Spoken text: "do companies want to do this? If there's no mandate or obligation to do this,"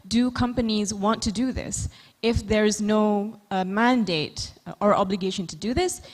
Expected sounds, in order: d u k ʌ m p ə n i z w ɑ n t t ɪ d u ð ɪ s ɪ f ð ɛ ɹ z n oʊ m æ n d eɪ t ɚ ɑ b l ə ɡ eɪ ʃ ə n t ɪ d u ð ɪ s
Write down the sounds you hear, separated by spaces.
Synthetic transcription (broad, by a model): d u k ʌ m p ə n i z w ɑ n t t ɪ d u ð ɪ s ɪ f ð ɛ ɹ z n oʊ m æ n d eɪ t ɚ ɑ b l ə ɡ eɪ ʃ ə n t ɪ d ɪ ð ɪ s